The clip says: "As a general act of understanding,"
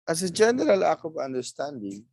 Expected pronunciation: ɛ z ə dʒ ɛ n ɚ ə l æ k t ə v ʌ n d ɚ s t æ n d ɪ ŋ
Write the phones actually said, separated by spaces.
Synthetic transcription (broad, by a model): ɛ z ə dʒ ɛ n ɚ ə l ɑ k ə v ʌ n d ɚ s t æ n d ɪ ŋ